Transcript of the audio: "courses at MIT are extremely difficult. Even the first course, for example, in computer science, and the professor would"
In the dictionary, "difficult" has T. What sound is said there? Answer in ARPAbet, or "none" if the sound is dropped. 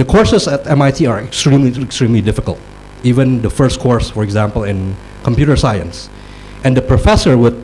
T